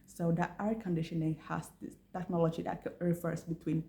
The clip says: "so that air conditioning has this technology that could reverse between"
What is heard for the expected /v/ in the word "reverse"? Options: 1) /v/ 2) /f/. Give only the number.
2